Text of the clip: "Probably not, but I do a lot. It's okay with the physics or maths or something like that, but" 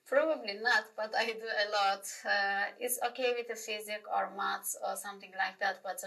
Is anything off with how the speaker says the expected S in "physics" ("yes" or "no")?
yes